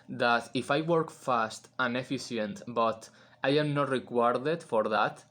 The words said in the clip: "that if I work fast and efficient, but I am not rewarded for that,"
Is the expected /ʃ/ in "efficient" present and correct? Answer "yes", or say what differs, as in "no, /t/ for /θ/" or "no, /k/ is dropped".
no, /s/ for /ʃ/